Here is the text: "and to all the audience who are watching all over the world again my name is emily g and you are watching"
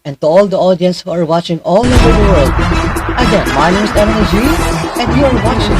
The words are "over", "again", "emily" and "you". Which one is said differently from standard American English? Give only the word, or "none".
emily